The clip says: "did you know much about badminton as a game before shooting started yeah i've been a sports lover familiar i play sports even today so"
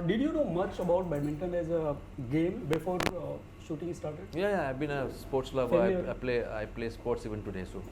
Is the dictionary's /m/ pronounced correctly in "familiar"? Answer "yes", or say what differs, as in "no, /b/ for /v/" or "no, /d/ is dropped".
no, /m/ is dropped